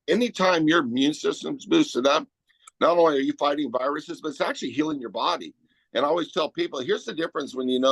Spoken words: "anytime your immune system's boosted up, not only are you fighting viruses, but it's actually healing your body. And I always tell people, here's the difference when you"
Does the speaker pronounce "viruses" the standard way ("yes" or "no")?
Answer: yes